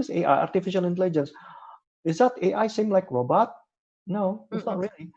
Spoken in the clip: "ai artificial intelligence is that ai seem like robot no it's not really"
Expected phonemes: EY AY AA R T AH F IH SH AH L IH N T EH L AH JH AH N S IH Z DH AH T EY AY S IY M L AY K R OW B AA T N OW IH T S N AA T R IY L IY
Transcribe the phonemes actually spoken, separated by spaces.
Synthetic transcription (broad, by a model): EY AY AA R T AH F IH SH AH L IH N T EH L AH JH AH N S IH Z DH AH T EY AY S IY M L AY K R OW B AA T N OW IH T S N AA T R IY L IY